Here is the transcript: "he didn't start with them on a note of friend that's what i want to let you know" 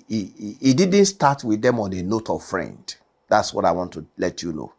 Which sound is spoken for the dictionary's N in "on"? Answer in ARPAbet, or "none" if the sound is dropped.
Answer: N